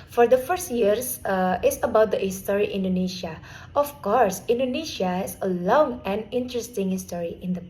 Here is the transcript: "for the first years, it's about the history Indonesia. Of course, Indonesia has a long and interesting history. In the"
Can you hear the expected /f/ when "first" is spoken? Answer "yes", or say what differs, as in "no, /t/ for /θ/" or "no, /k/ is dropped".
yes